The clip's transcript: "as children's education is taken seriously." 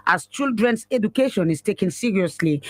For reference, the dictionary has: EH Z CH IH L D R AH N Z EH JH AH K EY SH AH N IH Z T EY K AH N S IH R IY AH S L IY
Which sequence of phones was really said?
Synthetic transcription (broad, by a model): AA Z CH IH L D R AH N S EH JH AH K EY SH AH N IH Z T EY K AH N S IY R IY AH S L IY